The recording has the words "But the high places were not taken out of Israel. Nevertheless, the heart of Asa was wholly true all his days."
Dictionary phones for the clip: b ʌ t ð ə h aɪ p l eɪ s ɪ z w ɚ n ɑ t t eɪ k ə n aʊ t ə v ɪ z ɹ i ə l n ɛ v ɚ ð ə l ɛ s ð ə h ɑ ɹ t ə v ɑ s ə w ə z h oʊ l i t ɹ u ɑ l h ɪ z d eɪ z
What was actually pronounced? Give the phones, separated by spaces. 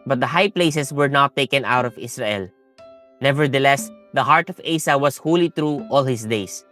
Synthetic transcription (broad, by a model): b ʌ t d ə h aɪ p l eɪ s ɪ s w ɚ n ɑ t t eɪ k ə n aʊ t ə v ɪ s ɹ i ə l n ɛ v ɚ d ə l ɛ s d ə h ɑ ɹ t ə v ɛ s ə w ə s h oʊ l i t ɹ u ɑ l h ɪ s d eɪ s